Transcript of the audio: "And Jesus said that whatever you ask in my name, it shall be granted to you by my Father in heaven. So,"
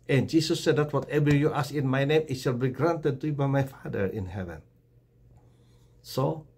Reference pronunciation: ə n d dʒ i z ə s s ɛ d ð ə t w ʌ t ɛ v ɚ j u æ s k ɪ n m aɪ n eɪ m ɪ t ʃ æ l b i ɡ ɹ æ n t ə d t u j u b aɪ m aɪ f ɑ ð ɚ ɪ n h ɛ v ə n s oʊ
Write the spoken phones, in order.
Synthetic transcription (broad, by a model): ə n dʒ i s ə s s ɛ d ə t w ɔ t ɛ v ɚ j u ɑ s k ɪ n m aɪ n eɪ m ɪ t ʃ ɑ l b i ɡ ɹ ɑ n t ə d t u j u b aɪ m aɪ f ɑ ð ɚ ɪ n h ɛ v ə n s oʊ